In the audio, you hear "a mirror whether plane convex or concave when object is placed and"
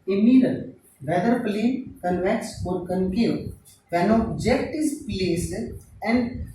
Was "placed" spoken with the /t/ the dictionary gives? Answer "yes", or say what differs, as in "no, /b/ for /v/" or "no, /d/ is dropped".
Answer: no, /t/ is dropped